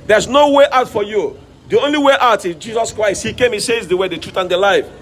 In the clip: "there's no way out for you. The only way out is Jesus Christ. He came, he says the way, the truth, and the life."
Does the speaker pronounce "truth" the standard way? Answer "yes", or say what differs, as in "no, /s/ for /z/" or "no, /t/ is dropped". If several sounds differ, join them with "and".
yes